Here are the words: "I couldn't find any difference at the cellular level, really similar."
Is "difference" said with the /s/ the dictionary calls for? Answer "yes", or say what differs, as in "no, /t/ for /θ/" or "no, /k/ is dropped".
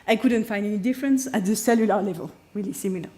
yes